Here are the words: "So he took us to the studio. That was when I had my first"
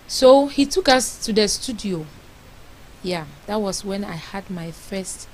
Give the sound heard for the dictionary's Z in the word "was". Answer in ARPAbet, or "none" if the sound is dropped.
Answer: S